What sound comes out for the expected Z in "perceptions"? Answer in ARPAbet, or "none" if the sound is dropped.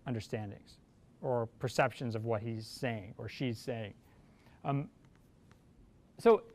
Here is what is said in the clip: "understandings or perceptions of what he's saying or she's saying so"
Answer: Z